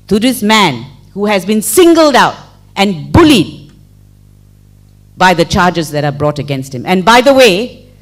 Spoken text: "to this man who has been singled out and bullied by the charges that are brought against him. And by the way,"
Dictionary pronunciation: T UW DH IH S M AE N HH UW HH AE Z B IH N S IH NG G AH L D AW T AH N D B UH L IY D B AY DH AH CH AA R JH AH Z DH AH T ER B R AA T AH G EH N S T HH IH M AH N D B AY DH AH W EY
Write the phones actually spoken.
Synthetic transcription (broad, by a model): T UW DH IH S M AE N HH UW HH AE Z B IH N S IH NG G AH L D AW T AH N B UH L IY D B AY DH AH CH AA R JH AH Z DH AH T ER B R AA T AH G EH N S T HH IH M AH N B AY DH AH W EY